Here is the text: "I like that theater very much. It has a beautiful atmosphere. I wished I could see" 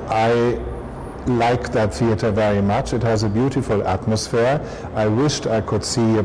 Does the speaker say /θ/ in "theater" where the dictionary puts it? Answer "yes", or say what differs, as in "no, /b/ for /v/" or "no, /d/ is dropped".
yes